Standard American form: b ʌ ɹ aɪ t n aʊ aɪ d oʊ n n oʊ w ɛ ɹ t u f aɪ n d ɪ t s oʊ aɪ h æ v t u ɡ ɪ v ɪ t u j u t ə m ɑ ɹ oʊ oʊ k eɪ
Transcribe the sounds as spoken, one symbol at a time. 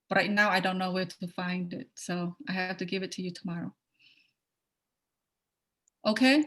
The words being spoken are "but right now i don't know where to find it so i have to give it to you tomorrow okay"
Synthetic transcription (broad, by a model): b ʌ ɹ aɪ t n aʊ aɪ d oʊ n n oʊ w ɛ t u f aɪ n d ɪ t s oʊ aɪ h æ f t u ɡ ɪ v ɪ t u j u t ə m ɑ ɹ oʊ oʊ k eɪ